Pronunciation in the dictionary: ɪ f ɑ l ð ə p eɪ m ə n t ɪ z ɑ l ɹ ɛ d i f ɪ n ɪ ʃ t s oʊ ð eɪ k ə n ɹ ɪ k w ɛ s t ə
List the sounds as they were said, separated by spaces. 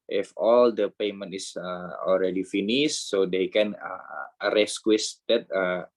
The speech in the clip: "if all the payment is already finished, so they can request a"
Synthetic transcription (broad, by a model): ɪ f ɑ l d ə p eɪ m ə n t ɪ s ɑ l ɹ ɛ d i f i n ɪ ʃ s oʊ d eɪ k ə n ɹ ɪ k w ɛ s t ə